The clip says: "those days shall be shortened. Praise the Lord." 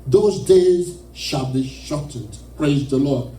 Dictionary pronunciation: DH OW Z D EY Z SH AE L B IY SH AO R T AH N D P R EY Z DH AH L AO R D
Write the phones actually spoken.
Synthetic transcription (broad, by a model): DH OW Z D EY Z SH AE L B IY SH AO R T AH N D P R EY Z DH AH L AO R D